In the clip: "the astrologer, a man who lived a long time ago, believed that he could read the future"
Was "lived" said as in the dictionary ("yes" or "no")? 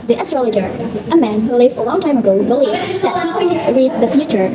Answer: no